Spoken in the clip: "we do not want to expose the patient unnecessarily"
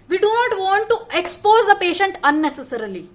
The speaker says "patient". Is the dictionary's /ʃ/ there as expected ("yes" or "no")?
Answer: yes